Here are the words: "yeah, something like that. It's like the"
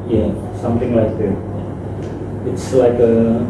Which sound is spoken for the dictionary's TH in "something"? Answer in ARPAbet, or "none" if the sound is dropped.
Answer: T